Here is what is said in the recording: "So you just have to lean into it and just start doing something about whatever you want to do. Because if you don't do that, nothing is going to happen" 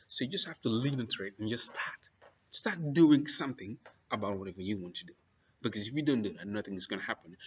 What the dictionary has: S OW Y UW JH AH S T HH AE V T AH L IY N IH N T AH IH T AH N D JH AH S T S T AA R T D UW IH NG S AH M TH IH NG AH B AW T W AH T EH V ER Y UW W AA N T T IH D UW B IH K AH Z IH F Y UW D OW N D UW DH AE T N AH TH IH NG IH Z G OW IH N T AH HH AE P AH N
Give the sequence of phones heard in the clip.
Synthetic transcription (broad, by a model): S OW Y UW JH AH S T HH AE F T AH L IY N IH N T IH T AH N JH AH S T S T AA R T D UW IH NG S AH M TH IH NG AH B AW T W AH T EH V ER Y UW W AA N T T IH D UW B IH K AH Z IH F Y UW D OW N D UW DH AE T N AH TH IH NG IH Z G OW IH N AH HH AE P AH N